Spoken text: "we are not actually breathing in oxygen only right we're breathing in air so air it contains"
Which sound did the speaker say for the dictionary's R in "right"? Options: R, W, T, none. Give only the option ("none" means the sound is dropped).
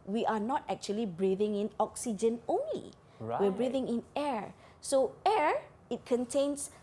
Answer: W